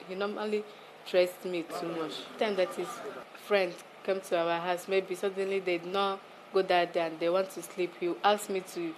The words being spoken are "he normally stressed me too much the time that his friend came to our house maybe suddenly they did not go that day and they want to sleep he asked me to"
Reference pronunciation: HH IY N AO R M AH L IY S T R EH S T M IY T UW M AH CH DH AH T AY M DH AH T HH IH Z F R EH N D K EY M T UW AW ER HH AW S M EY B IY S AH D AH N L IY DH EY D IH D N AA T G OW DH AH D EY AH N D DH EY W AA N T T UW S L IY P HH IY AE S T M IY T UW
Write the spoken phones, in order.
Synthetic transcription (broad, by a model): HH IY N AO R M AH L IY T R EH S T M IY T UW M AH CH T AY M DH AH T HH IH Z F R EH N D K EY M T UW AW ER HH AW S M EY B IY S AH D AH N L IY D IH D N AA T G OW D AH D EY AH N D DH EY W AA N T T UW S L IY P HH IY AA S M IY T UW